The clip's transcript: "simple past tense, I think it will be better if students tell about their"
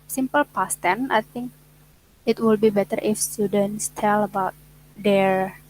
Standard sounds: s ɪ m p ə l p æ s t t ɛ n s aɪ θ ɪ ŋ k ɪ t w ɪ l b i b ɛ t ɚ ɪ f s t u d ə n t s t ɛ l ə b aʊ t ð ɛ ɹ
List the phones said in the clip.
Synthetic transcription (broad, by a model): s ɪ m p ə l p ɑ s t t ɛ n aɪ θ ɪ ŋ k ɪ t w ɪ l b i b ɛ t ɚ ɪ f s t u d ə n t s t ɛ l ə b aʊ t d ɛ ɹ